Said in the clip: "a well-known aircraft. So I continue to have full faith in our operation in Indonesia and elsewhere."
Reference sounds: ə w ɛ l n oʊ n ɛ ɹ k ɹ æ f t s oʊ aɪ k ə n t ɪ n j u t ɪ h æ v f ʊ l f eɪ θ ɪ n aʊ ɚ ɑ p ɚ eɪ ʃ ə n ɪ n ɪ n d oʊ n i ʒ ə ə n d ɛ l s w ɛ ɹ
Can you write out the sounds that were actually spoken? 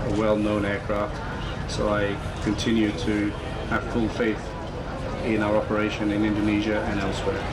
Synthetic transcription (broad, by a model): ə w ɛ l n oʊ n ɛ ɹ k ɹ æ f t s oʊ aɪ k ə n t ɪ n j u t ɪ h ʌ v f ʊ l f eɪ θ ɪ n aʊ ɚ ɑ p ɚ eɪ ʃ ə n ɪ n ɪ n d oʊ n i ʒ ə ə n ɛ l s w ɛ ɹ